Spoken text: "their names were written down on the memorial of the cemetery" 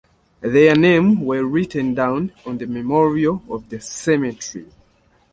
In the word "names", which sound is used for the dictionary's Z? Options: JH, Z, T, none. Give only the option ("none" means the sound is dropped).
none